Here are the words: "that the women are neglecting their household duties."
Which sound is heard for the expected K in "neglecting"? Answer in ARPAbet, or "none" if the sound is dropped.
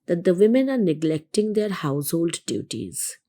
K